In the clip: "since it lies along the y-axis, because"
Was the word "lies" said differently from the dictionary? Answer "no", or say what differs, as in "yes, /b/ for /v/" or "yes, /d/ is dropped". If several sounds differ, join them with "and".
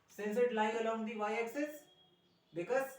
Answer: yes, /z/ is dropped